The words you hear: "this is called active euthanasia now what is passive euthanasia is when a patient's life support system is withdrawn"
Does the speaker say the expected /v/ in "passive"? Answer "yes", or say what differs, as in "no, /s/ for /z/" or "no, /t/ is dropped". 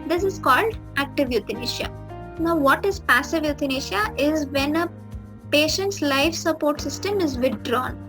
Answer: yes